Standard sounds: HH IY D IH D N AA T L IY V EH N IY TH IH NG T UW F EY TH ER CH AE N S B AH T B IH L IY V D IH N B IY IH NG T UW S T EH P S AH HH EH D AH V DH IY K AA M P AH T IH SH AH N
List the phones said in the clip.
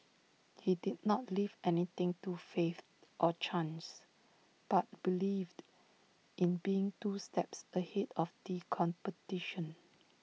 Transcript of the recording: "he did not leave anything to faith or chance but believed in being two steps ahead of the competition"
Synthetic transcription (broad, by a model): HH IY D IH D N AA T L IY V EH N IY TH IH NG T UW F EY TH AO CH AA N S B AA T B IH L IY V D IH N B IY IH NG T UW S T EH P S AH HH EH D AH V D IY K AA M P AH T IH SH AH N